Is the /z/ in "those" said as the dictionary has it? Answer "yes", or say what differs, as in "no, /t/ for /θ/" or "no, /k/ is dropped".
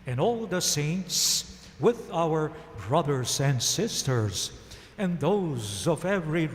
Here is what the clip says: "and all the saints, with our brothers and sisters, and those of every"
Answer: yes